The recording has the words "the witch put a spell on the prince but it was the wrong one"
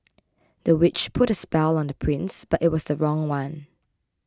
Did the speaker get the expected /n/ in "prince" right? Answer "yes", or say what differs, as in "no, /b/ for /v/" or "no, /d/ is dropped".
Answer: yes